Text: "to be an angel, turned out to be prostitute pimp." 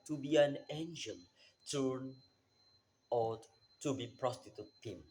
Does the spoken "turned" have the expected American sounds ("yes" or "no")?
no